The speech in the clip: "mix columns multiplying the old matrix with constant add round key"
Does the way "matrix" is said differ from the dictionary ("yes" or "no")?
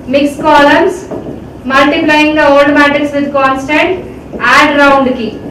yes